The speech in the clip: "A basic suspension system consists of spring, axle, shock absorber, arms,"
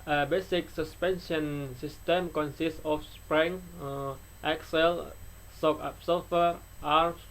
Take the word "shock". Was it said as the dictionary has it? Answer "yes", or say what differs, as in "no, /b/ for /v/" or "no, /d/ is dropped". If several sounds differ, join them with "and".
no, /s/ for /ʃ/